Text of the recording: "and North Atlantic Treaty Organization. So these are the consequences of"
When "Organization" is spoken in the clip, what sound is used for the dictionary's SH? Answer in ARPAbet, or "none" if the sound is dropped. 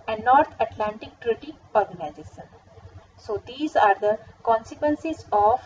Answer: S